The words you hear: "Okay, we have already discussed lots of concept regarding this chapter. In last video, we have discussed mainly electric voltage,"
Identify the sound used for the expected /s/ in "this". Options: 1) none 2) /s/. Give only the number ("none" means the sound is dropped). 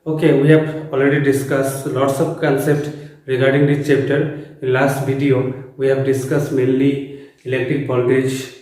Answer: 1